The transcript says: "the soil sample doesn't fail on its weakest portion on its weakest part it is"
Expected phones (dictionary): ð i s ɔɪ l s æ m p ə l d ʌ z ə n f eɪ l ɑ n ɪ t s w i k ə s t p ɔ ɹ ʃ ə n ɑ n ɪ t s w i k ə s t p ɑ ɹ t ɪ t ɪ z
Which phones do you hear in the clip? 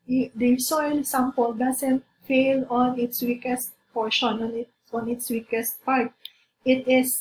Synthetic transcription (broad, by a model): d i s ɔɪ l s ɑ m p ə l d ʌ s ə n f eɪ l ɑ n ɪ t s w i k ə s t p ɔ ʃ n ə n ɑ n ɪ t s w i k ə s t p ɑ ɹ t ɪ t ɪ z